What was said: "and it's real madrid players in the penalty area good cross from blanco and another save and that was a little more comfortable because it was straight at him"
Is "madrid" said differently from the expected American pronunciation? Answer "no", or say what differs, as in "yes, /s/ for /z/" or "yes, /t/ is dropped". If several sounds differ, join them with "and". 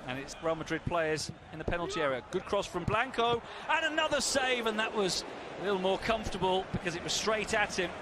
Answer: no